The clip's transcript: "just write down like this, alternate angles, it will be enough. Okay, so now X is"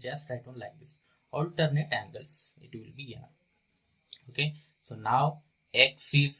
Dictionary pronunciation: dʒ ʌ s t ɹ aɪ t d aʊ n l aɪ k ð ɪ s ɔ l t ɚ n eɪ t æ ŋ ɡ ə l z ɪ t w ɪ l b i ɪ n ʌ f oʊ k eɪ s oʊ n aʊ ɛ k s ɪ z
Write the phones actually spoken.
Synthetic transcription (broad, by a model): dʒ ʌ s t aɪ d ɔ n l aɪ k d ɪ s ɔ l t ɚ n eɪ t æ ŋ ɡ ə l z ɪ t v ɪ l b i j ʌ oʊ k eɪ s oʊ n aʊ ɛ k s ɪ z